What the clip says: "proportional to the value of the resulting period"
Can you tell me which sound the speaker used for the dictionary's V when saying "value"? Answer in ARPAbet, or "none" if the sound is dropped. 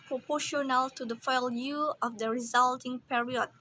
F